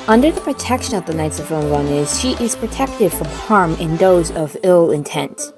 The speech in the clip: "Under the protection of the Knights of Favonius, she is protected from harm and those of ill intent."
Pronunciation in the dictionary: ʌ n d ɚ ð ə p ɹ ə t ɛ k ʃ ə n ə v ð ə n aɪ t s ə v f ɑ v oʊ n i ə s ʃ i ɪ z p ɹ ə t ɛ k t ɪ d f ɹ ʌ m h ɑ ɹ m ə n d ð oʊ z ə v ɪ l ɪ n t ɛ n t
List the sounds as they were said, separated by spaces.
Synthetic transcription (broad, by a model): ʌ n d ɚ ð ə p ɹ ə t ɛ k ʃ ə n ə v ð ə n aɪ t s ə v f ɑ ʊ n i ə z ʃ i ɪ z p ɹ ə t ɛ k t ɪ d f ɹ ʌ m h ɑ ɹ m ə n ð oʊ z ə v ɪ l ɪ n t ɛ n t